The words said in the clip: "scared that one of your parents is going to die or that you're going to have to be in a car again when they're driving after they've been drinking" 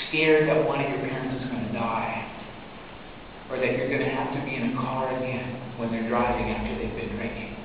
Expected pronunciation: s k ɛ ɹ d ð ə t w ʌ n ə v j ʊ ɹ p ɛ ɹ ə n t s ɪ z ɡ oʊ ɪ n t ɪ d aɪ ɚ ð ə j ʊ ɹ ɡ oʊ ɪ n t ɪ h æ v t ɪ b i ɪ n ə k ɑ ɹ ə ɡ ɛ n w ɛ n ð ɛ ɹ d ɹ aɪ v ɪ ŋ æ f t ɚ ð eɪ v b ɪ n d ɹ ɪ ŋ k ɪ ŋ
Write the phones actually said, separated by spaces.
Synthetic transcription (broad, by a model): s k ɛ ɹ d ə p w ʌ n ə v j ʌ ɹ p ɛ ɹ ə n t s ɪ z ɡ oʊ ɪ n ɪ d aɪ ɚ ð ə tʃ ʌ ɹ ɡ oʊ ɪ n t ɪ h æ f t ɪ b i ɪ n ə k ɑ ɹ ə ɡ ɛ n w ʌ n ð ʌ ɹ d ɹ aɪ v ɪ ŋ æ f t ɚ ð eɪ v b ɪ n d ɹ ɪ ŋ k ɪ ŋ